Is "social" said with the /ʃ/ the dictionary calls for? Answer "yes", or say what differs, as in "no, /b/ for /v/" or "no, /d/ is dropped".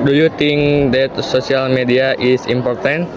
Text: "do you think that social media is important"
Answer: no, /s/ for /ʃ/